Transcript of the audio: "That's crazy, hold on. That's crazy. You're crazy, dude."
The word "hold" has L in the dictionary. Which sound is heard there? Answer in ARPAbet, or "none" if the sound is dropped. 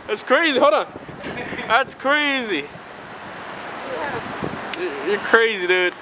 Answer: none